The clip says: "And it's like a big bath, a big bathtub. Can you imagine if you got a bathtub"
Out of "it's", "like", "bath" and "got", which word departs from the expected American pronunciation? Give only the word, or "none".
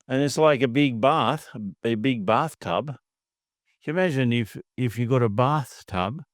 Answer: none